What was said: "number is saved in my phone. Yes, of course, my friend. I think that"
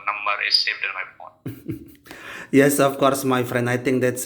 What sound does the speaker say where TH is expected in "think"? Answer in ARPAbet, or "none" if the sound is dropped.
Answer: T